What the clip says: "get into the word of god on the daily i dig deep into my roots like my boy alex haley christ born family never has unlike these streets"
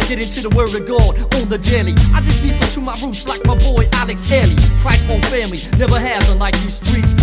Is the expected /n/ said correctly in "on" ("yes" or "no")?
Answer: no